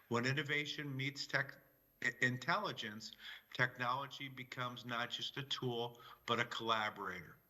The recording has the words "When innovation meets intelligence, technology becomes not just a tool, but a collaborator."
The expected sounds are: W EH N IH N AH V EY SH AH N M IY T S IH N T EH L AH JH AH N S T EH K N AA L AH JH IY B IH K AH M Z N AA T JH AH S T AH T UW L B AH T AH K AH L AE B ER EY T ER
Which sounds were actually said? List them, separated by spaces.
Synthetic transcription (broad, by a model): W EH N IH N AH V EY SH AH N M IY T S IH N T EH L AH JH AH N S T EH K N AA L AH JH IY B IH K AH M Z N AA T JH AH S T AH T UW L B AH T AH K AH L AE B ER EY T ER